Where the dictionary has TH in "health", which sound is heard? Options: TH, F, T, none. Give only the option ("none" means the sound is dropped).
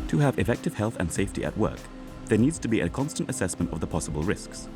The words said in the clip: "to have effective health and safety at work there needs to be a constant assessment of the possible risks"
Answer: TH